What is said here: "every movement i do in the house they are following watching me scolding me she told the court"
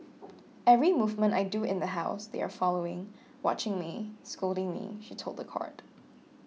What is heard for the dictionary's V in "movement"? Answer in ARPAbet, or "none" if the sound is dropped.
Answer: V